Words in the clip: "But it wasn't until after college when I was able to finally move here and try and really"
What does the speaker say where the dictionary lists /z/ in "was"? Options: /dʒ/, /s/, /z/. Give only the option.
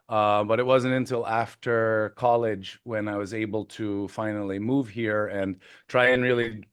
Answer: /z/